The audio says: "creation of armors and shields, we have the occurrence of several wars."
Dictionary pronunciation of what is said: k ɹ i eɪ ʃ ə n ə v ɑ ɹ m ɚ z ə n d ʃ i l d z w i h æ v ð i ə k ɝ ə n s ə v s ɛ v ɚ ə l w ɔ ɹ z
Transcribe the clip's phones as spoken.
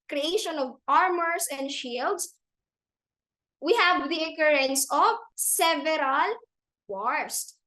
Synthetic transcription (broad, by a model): k ɹ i eɪ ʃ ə n ə v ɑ ɹ m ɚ s ə n d ʃ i l d s w i h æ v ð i ə k ɝ ə n s ə v s ɛ v ɚ ə l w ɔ ɹ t